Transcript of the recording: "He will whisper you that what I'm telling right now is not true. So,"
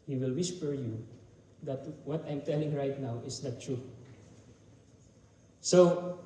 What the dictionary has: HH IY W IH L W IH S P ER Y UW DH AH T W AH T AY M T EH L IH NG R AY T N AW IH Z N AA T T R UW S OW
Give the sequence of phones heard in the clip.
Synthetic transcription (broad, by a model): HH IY W IH L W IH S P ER Y UW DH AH T W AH T AY M T EH L IH NG R AY T N AW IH S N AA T T R UW S OW